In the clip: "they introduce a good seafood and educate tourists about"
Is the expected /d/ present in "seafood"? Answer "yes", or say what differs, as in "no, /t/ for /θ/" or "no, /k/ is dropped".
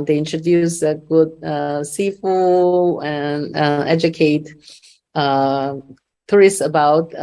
no, /d/ is dropped